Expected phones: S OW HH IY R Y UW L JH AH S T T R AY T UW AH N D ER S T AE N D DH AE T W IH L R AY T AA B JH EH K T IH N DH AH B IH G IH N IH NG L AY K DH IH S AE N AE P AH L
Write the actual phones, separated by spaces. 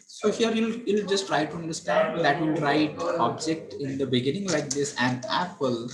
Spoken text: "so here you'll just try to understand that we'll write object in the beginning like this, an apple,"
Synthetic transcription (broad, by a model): S OW HH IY R Y UW L JH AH S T T R AY T UW AH N D ER S T AE N D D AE T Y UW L R AY T AA B JH EH K T IH N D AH B IH G IH N IH NG L AY K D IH S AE N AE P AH L